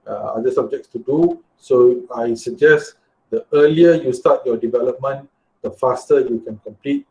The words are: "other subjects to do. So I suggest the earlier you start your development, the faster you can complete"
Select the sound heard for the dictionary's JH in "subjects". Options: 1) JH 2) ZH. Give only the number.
1